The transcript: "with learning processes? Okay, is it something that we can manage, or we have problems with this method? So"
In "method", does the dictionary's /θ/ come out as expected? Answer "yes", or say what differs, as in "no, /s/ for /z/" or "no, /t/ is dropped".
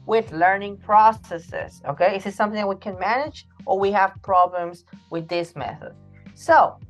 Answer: yes